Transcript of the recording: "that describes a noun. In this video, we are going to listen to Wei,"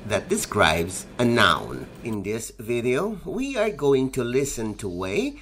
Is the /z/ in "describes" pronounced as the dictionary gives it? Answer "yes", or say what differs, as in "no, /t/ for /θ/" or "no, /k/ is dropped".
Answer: yes